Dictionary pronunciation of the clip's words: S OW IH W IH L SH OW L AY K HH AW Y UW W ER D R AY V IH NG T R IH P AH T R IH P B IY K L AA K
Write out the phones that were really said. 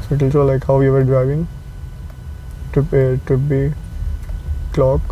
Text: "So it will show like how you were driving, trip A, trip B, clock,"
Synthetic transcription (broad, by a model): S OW IH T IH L S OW L AY K HH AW Y UW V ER D R AY V IH NG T UW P AH T UW B IY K L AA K